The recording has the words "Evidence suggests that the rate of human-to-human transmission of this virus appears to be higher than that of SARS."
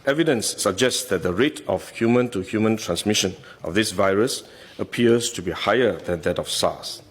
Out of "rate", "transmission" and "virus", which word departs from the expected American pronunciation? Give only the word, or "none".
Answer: none